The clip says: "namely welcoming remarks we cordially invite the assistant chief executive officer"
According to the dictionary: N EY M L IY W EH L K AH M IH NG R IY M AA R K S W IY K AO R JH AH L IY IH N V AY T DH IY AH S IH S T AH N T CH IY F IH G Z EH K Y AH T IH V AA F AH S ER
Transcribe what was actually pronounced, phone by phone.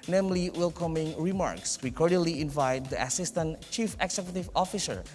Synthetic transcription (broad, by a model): N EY M L IY W EH L K AH M IH NG R IY M AA R K S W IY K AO R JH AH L IY IH N V AY T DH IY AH S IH S T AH N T CH IY F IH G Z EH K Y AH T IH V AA F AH S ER